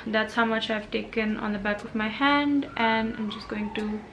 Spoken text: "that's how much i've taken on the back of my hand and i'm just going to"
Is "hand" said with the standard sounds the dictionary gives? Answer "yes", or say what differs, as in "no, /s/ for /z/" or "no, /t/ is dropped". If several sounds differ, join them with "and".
yes